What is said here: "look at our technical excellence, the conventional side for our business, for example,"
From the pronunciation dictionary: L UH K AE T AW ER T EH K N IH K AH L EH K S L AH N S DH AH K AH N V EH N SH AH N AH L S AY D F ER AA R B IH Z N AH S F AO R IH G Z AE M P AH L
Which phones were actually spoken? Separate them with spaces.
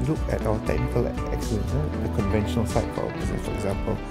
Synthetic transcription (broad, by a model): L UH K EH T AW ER T EH K N IH K AH L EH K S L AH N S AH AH K AH N V EH N SH AH N AH L S AY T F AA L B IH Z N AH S F AO R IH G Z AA M P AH L